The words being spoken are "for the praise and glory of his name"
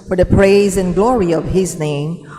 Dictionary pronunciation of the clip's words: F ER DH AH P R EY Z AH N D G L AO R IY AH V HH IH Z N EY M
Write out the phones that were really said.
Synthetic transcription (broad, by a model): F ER DH AH P R EY Z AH N G L AO R IY AH V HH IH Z N EY M